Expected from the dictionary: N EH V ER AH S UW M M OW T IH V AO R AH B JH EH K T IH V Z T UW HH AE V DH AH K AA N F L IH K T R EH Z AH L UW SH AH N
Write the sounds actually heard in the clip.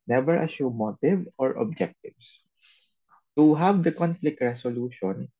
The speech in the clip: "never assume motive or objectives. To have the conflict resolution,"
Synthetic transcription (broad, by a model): N EH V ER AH SH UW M M OW T IH V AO R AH B JH EH K T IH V S T UW HH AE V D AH K AA N F L IH K T R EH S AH L UW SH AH N